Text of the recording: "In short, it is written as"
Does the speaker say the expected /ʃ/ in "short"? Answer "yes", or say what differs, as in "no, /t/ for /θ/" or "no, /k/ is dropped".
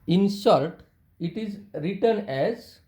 no, /s/ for /ʃ/